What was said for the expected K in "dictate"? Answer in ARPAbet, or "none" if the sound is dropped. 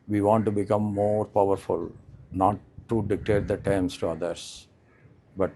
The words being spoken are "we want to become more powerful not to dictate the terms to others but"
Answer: K